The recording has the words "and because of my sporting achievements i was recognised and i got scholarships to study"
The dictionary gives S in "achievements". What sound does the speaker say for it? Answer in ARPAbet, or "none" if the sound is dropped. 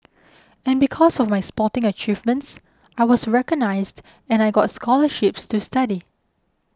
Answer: S